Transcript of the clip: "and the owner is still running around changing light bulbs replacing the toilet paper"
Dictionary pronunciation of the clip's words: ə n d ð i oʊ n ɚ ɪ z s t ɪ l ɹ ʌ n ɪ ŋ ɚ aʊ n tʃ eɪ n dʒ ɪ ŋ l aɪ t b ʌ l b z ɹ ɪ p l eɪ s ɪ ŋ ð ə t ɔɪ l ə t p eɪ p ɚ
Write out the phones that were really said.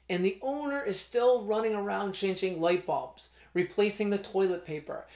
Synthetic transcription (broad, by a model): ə n ð i oʊ n ɚ ɪ z s t ɪ l ɹ ʌ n ɪ ŋ ɚ aʊ n tʃ eɪ n dʒ ɪ ŋ l aɪ t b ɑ b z ɹ ɪ p l eɪ s ɪ ŋ ð ə t ɔɪ l ə t p eɪ p ɚ